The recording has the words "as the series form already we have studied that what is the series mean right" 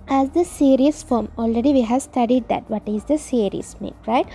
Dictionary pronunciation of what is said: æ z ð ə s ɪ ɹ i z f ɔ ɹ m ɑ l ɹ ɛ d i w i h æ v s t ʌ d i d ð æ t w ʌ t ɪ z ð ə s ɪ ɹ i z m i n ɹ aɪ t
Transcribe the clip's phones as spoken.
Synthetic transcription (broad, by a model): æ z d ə s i ɹ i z f ɔ ɹ m ɑ l ɹ ɛ d i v i h æ v s t ʌ d i d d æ t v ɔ t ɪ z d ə s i ɹ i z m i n ɹ aɪ t